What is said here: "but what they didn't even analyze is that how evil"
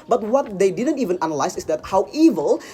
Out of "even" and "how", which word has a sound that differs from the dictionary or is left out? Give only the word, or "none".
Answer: none